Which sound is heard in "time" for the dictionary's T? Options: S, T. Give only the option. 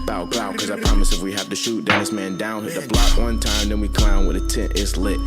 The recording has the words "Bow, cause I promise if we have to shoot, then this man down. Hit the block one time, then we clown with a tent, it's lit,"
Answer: T